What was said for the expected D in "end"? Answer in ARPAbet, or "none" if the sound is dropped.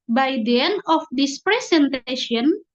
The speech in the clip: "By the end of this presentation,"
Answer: none